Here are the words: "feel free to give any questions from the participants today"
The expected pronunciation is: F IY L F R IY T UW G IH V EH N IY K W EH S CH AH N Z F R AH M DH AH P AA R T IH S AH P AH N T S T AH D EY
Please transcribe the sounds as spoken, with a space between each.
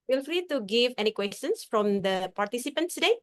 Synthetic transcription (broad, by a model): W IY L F L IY T UW G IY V EH N IY K W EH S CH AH N S F R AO M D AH P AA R T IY S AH P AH N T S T D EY